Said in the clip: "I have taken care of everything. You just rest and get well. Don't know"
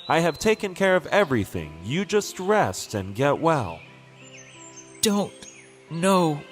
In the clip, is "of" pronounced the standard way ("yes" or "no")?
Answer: yes